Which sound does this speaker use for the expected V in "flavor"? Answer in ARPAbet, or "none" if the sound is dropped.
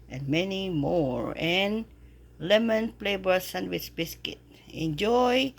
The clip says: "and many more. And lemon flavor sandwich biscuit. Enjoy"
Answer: B